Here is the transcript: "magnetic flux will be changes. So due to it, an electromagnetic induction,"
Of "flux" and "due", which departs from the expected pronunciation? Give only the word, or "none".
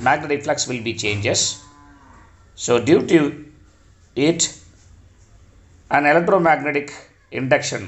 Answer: none